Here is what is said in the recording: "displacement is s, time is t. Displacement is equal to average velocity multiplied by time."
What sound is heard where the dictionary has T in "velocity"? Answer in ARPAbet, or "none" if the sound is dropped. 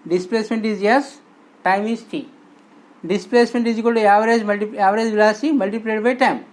S